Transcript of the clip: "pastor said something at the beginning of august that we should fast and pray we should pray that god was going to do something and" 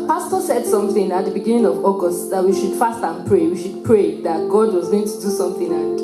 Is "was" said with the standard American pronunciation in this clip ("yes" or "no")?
yes